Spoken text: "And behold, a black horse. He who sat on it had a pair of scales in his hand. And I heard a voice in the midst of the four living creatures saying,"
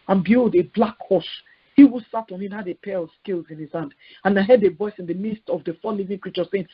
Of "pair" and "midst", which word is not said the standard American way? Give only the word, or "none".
none